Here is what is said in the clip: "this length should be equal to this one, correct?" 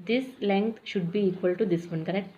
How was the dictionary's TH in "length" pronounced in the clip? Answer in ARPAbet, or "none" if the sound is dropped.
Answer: T